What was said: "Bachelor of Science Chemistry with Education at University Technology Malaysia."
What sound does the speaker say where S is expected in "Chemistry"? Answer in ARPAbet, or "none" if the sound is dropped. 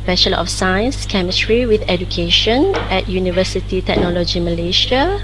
S